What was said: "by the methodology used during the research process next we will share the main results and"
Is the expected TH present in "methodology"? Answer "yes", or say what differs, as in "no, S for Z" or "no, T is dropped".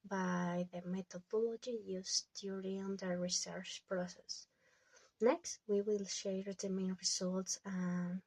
no, T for TH